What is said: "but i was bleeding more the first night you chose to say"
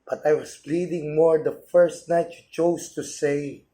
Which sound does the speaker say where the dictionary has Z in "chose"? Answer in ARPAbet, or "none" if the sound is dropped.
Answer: S